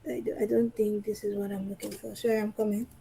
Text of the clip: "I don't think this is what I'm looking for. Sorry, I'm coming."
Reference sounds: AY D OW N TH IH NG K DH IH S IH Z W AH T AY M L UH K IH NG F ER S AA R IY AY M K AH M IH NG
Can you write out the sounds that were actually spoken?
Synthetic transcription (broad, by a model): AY D OW N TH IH NG K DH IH S IH Z W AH T AY M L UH K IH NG F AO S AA IY AY M K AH M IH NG